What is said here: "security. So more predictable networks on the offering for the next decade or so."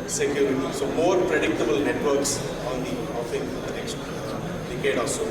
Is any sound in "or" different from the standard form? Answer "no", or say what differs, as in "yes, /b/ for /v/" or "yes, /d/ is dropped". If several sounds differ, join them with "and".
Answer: yes, /l/ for /ɹ/